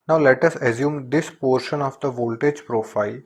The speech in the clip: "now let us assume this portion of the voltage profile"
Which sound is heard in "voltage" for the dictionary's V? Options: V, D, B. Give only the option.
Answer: V